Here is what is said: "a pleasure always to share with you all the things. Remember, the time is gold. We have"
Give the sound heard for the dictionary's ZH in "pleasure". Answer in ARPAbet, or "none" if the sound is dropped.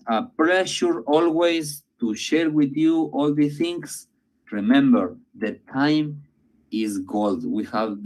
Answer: SH